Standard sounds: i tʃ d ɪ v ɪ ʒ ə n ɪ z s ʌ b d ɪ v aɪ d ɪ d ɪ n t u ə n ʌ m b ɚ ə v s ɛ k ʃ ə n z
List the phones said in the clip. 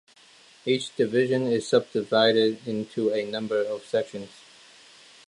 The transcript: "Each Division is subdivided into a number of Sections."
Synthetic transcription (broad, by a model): i tʃ d ɪ v ɪ ʒ ə n ɪ z s ʌ b d ɪ v aɪ d ɪ d ɪ n t u ə n ʌ m b ɚ ə v s ɛ k ʃ ə n z